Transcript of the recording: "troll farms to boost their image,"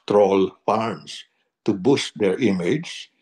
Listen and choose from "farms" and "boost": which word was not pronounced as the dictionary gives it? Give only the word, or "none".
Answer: farms